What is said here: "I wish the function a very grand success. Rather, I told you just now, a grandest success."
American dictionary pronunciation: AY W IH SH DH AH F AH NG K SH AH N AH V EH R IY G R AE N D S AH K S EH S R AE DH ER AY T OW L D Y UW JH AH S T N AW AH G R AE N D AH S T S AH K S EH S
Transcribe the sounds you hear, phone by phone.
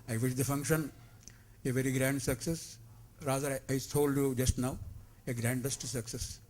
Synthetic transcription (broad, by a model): AY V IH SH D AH F AH NG K SH AH N AH V EH R IY G R AE N D S AH K S EH S R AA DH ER AY S OW L D Y UW JH AH S T N AW AH G R AE N D AH S T S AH K S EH S